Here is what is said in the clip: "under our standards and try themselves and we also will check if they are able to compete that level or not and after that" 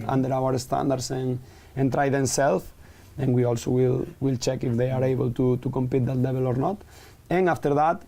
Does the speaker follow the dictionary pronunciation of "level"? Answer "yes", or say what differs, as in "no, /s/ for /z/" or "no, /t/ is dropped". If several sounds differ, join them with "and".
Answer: no, /b/ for /v/